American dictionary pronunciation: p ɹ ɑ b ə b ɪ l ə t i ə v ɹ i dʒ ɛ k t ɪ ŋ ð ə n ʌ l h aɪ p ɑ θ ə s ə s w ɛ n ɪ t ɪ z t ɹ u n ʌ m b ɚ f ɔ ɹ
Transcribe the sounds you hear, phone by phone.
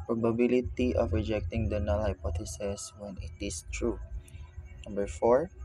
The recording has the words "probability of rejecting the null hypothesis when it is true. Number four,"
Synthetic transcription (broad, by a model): p ɹ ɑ b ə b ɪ l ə t i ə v ɹ i dʒ ɛ k t ɪ ŋ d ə n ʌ l h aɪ p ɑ t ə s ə s w ɛ n ɪ t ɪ s t ɹ u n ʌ m b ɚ f ɔ ɹ